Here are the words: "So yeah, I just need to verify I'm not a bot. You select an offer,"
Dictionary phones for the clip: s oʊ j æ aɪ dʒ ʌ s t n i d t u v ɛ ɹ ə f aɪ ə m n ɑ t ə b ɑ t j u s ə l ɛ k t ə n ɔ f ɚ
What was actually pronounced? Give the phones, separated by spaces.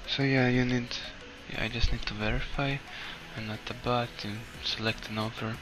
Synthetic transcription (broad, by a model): s oʊ j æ aɪ dʒ ʌ s t n i d t u v ɛ ɹ ə f aɪ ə n ɑ t ə b ɑ t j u s ə l ɛ k t ə n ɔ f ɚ